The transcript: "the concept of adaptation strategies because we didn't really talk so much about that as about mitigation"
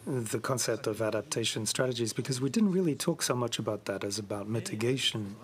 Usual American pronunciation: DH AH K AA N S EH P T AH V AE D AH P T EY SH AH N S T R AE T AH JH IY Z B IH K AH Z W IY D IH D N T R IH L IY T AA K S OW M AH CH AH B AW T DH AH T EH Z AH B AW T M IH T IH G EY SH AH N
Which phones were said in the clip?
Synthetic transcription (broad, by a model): DH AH K AA N S EH P T AH V AE D AH P T EY SH AH N S T R AE T AH JH IY Z B IH K AH Z W IY D IH D N T R IH L IY T AA K S OW M AH CH AH B AW T DH AH T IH Z AH B AW T M IH T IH G EY SH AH N